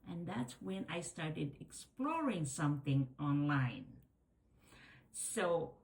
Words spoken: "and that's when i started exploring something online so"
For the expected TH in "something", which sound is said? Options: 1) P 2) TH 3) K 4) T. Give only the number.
2